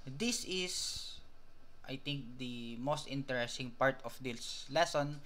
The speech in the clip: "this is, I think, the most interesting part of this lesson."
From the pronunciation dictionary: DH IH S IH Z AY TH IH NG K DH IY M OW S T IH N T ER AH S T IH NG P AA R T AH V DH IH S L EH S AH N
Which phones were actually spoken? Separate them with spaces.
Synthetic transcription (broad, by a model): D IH S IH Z AY T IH NG K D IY M OW S T IH N T ER AH S T IH NG P AA R T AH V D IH S L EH S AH N